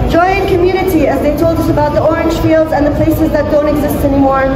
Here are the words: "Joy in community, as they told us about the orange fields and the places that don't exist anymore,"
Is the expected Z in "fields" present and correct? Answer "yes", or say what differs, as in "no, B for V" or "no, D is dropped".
yes